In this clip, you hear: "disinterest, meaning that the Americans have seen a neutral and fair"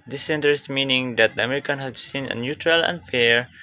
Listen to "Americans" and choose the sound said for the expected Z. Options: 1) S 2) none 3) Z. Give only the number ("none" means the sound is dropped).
2